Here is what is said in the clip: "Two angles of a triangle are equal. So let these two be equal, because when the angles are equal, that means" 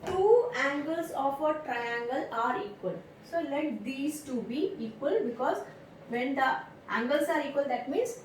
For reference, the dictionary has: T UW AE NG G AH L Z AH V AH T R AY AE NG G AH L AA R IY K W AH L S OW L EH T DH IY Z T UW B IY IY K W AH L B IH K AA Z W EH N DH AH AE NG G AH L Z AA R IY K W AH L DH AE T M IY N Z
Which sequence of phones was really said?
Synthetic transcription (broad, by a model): T UW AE NG G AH L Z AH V AH T R AY AE NG G AH L AA R IY K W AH L S OW L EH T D IY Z T UW B IY IY K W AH L B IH K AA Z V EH N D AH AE NG G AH L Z AA R IY K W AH L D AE T M IY N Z